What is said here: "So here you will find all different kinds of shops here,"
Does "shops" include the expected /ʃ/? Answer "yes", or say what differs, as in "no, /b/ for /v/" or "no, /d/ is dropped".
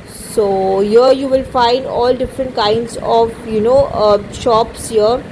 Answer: yes